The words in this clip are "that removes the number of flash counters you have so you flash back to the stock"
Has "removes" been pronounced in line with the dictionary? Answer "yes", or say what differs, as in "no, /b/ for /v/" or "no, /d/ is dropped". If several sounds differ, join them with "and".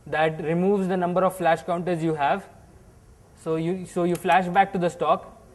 yes